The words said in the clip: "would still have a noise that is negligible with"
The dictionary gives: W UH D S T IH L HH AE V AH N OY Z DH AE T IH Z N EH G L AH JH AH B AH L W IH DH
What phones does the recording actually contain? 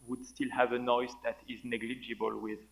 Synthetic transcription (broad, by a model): W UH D S T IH L HH AE V AH N OY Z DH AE T IH Z N EH G L AH JH AH B AH L W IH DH